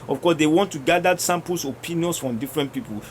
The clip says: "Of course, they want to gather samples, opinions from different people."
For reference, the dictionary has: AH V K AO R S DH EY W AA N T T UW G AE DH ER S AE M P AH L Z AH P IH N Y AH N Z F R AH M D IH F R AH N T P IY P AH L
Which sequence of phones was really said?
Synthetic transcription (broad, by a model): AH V K AO S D EY W AA N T T UW G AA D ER S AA M P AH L S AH P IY N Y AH N S F R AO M D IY F R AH N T P IY P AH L